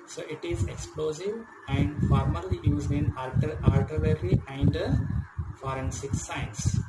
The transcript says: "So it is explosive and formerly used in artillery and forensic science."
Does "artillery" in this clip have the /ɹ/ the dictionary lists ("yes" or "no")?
no